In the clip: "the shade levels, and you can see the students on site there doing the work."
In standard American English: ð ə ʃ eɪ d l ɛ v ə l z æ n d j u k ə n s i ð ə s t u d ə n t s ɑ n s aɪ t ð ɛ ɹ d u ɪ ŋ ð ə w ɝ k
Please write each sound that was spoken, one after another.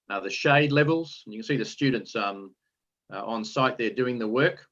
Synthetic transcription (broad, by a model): ð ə ʃ eɪ d l ɛ v ə l z n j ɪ k ə n s i ð ə s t u d n t s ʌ n s aɪ t ð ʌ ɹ d u ɪ ŋ ð ə w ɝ k